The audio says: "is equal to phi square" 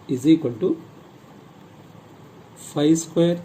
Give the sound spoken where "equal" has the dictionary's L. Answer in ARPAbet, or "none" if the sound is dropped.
N